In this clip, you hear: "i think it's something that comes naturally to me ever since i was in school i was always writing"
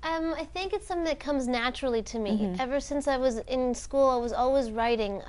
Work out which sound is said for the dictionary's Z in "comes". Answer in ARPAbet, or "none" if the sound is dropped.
Z